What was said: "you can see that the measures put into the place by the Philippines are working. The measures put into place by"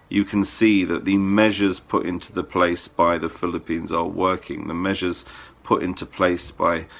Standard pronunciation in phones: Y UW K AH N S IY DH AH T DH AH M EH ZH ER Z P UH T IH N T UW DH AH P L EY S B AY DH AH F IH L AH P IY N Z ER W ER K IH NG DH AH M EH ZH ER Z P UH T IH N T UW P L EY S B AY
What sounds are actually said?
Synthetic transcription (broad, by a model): Y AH K AH N S IY DH AH T DH AH M EH ZH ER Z P UH T IH N T UW DH AH P L EY S B AY DH AH F IH L AH P IY N Z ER W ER K IH NG DH AH M EH ZH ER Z P UH T IH N T UW P L EY S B AY